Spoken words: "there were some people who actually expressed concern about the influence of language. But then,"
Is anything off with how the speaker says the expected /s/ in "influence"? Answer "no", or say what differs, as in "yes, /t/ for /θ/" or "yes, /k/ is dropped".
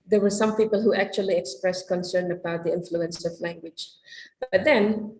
no